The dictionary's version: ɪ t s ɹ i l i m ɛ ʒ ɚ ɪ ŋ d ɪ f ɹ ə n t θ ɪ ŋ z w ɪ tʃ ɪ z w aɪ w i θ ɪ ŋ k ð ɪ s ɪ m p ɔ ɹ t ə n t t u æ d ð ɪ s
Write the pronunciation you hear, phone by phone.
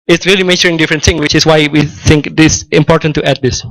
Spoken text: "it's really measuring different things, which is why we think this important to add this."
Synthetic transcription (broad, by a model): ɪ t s ɹ i l i m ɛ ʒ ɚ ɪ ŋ d ɪ f ɹ ə n t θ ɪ ŋ w ɪ tʃ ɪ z w aɪ w i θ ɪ ŋ k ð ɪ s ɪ m p ɔ ɹ t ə n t t u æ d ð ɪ s